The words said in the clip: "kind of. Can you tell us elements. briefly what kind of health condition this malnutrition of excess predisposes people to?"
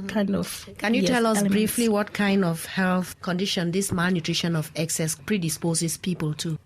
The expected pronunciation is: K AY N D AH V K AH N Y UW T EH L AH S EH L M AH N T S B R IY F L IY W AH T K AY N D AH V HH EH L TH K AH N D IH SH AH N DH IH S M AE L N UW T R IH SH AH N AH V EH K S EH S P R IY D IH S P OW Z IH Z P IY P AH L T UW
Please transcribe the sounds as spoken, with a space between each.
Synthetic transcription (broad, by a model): K AY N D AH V K AH N Y UW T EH EH L AH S B R IY F L IY W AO T K AY N D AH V HH EH L TH K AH N D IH SH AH N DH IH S M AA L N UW T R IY SH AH N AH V EH K S EH S P R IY D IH S P OW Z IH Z P IY P AH L T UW